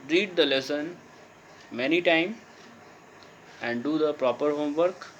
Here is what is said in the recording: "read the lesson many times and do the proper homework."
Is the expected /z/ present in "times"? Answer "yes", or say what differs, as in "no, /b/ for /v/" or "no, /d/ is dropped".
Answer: no, /z/ is dropped